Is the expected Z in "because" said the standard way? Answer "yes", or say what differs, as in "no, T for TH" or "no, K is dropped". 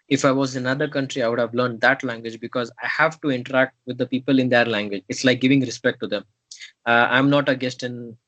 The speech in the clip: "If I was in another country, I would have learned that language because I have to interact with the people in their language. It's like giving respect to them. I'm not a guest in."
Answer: yes